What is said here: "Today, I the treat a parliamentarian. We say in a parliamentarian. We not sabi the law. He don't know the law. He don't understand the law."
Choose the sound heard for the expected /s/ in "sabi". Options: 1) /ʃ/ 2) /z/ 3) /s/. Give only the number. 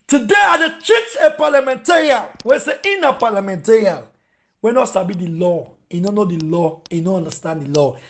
3